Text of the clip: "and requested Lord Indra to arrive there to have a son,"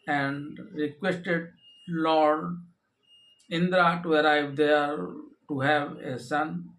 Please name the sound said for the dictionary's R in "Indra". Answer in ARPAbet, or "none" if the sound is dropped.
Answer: R